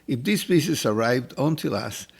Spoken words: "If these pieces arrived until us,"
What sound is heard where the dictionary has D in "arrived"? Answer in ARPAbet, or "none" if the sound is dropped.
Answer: D